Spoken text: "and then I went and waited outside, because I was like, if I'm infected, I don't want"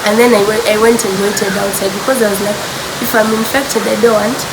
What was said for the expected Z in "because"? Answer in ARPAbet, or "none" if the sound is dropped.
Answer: Z